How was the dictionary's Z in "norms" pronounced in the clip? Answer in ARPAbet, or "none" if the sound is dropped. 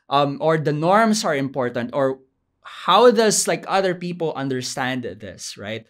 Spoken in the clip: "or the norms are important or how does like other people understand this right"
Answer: S